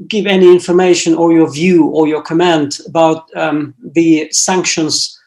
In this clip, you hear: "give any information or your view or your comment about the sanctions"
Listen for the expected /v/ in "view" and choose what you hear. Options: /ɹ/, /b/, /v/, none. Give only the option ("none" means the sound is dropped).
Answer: /v/